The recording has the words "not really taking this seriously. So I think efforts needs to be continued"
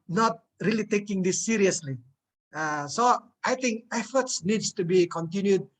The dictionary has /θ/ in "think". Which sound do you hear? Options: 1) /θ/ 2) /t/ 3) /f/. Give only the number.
2